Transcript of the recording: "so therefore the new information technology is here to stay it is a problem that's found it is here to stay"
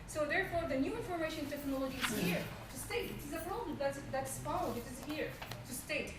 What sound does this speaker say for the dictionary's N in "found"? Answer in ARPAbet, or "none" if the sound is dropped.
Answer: none